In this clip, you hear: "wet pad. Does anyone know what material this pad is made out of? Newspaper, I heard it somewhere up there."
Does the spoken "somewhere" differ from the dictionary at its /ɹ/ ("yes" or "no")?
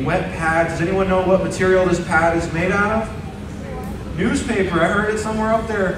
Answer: no